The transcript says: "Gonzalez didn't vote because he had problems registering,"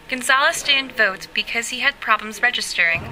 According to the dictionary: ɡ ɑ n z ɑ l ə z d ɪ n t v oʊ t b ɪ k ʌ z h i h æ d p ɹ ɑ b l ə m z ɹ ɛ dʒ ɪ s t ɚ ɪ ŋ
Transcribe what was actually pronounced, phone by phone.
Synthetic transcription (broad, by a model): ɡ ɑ n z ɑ l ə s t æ n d v oʊ t b ɪ k ʌ z h i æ d p ɹ ɑ b l ə m z ɹ ɛ dʒ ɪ s t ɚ ɪ ŋ